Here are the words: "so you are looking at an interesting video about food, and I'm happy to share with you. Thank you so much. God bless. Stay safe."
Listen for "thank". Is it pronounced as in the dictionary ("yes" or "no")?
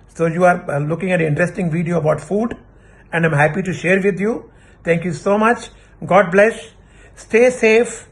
no